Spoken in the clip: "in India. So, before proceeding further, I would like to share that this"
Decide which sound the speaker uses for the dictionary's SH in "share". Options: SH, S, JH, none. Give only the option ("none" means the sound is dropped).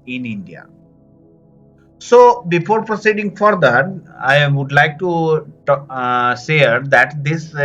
S